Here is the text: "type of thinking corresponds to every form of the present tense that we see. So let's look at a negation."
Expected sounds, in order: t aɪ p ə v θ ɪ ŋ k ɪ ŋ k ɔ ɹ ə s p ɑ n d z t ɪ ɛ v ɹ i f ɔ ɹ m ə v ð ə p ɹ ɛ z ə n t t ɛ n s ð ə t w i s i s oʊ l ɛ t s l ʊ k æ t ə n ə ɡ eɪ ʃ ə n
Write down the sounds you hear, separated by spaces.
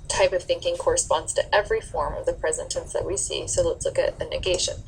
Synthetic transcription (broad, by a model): t aɪ p ə v θ ɪ ŋ k ɪ ŋ k ɔ ɹ ə s p ɑ n d z t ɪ ɛ v ɹ i f ɔ ɹ m ə v ð ə p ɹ ɛ z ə n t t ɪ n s ð ə t w i s i s oʊ l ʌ t s l ʊ k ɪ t ə n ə ɡ eɪ ʃ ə n